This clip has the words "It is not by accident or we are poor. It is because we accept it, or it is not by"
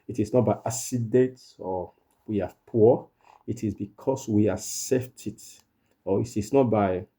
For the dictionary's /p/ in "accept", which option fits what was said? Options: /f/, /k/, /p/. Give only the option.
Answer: /f/